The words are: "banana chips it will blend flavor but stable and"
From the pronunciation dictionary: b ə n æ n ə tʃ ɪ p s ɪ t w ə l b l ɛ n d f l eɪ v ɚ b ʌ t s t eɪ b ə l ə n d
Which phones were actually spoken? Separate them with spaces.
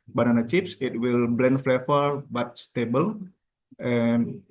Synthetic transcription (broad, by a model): b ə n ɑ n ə tʃ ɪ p s ɪ t w ə l b l ɛ n d f l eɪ f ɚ b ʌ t s t eɪ b ə l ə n